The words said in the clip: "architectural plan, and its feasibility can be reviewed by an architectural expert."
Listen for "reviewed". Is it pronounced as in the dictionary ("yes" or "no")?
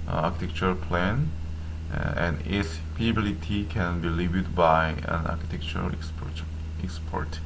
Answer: no